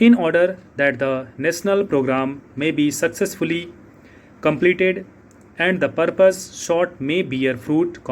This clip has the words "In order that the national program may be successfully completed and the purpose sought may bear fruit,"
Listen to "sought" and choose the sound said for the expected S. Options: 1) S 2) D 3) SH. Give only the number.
3